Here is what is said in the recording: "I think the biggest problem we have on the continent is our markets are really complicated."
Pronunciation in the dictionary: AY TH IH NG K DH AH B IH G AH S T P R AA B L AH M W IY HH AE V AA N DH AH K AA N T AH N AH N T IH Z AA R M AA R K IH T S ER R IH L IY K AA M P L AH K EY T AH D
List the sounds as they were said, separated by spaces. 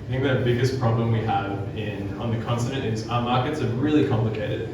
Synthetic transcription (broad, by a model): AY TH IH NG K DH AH B IH G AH S P R AA B L AH M W IY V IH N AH N DH AH K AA N S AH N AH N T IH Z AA M AA R K IH T S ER R IH L IY K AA M P L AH K EY T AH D